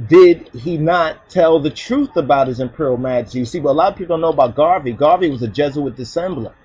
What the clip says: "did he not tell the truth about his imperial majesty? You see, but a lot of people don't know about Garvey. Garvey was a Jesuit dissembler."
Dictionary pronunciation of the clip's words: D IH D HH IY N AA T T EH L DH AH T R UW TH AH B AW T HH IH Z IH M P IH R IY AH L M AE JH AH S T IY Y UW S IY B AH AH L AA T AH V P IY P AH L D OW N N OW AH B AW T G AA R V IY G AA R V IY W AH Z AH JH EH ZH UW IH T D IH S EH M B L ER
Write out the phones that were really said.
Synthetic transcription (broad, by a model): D IH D IY N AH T T EH L DH AH T R UW TH AH B AW T HH IH Z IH M P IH R L M AE JH AH S T IY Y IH S IY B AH AH L AA T AH V P IY P L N N OW AH B AW T G AA R V IY G AA R V IY W AH Z AH JH EH Z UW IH T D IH S EH M B L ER